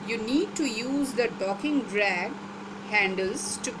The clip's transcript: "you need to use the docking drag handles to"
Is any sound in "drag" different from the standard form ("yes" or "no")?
no